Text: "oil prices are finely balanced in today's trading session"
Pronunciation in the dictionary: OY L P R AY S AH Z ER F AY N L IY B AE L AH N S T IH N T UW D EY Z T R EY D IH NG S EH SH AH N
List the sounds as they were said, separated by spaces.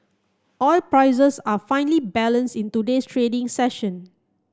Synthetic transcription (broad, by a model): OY L P R AY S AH S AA F AY N L IY B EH L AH N S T IH N T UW D EY S T R EY D IH NG S EH SH AH N